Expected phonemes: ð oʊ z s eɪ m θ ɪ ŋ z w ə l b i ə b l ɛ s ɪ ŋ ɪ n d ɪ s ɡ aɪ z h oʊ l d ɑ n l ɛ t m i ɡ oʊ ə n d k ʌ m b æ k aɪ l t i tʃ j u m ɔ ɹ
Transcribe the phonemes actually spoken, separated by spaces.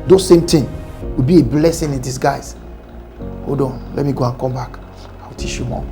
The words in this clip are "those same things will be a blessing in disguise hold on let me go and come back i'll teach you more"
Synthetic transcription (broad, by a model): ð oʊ s eɪ m t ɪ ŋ w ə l b i ə b l ɛ s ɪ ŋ ɪ n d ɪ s ɡ aɪ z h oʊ d ɑ n l ɛ t m i ɡ oʊ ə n k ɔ m b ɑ k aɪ w t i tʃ j u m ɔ